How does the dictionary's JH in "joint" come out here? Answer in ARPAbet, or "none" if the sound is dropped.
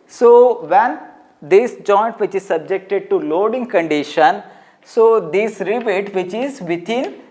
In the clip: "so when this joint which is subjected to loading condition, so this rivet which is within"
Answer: JH